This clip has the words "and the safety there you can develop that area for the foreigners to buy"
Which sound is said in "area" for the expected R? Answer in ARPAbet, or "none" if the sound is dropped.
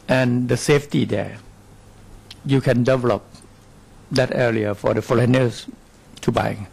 L